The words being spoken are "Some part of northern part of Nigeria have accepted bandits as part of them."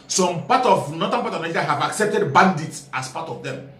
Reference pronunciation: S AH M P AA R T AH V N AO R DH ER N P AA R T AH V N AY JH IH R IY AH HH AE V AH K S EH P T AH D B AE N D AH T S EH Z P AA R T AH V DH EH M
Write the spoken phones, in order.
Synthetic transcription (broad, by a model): S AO M P AA T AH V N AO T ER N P AA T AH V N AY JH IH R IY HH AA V AH K S EH P T AH D B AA N D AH T S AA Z P AA T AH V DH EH M